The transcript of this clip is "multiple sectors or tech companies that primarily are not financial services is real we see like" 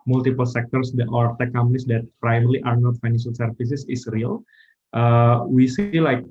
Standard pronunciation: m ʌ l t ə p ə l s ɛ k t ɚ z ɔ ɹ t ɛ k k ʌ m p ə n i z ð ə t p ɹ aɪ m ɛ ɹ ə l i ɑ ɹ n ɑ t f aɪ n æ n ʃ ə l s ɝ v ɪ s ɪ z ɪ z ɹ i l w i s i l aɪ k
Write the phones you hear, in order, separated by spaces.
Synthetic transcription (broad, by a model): m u l t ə p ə l s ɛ k t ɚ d ɔ ɹ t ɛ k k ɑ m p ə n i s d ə t p ɹ aɪ m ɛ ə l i ɑ ɹ n ɑ t f aɪ n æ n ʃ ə l s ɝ f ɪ s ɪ s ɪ s ɹ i l w i s i l aɪ k